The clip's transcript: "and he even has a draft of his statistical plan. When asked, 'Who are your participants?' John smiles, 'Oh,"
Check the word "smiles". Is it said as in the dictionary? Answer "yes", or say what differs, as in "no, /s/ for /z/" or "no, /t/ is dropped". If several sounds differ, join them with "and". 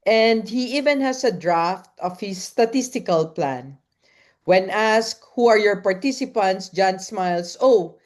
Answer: no, /s/ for /z/